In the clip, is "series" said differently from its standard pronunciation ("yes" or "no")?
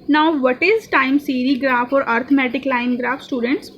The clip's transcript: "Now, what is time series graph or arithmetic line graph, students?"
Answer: yes